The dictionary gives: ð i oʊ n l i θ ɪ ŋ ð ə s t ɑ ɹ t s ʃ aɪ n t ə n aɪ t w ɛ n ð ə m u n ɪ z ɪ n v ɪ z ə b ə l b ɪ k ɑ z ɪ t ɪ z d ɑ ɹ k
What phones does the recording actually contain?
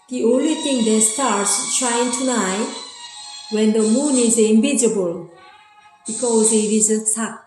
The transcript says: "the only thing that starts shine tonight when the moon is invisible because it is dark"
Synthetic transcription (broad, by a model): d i oʊ n l i t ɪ ŋ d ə s t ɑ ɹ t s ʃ aɪ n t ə n aɪ w ɛ n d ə m u n ɪ z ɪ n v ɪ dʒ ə b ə l b ɪ k ɑ z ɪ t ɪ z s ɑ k